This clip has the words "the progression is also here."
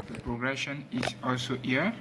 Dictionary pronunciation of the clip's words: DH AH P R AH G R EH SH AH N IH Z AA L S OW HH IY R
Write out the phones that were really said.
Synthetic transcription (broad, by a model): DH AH P R AH G R EH SH AH N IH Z AA L S OW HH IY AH